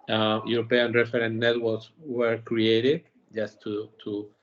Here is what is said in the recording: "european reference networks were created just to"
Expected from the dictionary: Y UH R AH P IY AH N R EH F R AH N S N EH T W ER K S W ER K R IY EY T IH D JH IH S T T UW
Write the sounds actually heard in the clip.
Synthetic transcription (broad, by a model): Y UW R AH P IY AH N R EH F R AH N N EH T W ER K S W ER K R IY EY T IH D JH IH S T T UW